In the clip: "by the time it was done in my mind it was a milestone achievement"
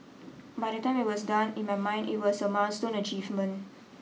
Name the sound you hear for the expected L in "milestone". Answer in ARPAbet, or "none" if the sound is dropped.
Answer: N